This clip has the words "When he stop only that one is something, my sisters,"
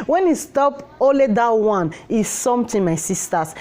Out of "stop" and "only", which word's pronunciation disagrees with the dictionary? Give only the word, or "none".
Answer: only